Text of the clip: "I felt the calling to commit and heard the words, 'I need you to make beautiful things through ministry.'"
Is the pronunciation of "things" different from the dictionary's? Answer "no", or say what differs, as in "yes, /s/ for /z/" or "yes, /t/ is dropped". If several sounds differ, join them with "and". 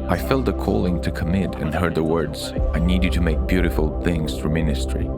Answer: no